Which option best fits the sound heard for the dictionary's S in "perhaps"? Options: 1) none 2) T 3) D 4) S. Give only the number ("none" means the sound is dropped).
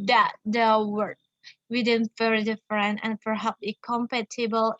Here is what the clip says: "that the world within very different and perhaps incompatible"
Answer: 1